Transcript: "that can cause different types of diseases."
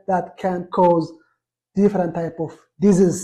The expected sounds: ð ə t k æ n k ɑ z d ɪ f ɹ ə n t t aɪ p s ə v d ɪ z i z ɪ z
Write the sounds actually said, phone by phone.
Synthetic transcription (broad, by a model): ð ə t k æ n k ɑ z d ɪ f ɹ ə n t t aɪ p ə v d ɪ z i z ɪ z